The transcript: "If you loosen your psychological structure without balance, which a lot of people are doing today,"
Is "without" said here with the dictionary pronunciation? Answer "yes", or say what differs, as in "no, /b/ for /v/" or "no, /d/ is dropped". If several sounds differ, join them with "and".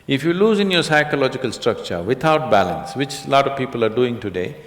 no, /t/ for /θ/